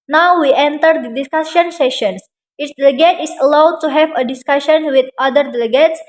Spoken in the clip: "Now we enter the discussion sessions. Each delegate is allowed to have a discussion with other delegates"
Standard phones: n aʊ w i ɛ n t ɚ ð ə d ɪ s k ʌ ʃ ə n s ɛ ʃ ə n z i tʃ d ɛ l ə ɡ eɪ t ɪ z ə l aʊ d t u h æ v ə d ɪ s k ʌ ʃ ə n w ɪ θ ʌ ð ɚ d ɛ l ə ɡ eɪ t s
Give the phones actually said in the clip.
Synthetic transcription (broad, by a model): n aʊ w i ɛ n t ɚ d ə d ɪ s k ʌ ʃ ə n s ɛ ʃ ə n s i s d ɛ l ə ɡ eɪ t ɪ s ə l aʊ d t u h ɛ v ə d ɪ s k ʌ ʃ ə n w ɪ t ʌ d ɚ d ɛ l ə ɡ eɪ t s